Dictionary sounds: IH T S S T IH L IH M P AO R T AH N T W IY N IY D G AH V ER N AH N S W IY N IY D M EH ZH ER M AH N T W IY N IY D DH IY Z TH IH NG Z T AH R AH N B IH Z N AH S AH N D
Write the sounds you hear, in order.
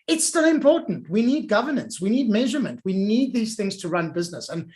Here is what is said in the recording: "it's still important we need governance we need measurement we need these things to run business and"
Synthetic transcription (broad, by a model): IH T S S T IH L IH M P AO R T N T W IY N IY D G AH V ER N AH N S W IY N IY D M EH ZH ER M AH N T W IY N IY D DH IY Z TH IH NG Z T AH R AH N B IH Z N AH S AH N